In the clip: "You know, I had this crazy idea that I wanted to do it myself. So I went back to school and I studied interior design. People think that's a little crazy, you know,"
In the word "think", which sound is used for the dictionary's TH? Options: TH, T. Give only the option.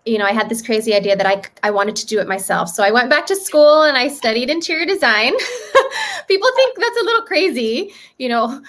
TH